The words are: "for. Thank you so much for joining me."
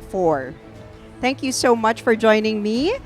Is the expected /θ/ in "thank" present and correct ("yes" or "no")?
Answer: yes